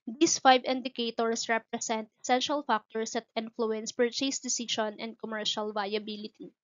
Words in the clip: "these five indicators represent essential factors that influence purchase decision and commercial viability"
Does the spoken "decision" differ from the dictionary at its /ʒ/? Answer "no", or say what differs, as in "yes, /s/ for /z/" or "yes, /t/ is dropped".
yes, /ʃ/ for /ʒ/